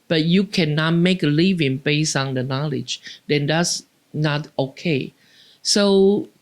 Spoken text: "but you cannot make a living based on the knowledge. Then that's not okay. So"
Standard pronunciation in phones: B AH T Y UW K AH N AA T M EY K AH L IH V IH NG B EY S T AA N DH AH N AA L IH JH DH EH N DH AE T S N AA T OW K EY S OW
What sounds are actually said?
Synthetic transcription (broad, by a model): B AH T Y UW K AH N AA T M EY K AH L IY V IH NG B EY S AA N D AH N AA L IH JH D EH N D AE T S N AA T OW K EY S OW